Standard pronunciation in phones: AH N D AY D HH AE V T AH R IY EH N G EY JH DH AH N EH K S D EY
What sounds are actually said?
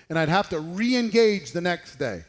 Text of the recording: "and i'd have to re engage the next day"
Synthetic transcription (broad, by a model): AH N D AY D HH AE F T AH R IY EH N G EY JH DH AH N EH K S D EY